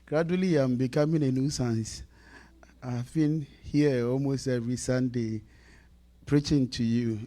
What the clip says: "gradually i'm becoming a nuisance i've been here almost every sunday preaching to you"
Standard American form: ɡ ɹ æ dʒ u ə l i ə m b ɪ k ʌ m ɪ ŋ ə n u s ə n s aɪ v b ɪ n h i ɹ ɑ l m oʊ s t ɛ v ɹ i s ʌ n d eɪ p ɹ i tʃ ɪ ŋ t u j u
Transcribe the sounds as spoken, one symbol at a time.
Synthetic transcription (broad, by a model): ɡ ɹ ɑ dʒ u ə l i ə m b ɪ k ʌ m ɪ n ə n u s ə n s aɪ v b ɪ n h i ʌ ɑ l m oʊ s t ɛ ɹ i s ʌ n d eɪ p ɹ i tʃ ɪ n t u j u